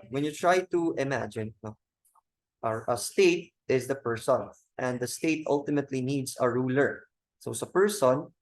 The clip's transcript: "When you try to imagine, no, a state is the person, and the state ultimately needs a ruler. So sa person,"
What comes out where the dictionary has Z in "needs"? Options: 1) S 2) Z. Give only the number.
1